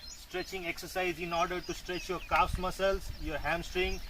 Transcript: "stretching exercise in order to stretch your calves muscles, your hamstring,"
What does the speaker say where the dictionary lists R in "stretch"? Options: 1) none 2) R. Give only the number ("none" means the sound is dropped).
2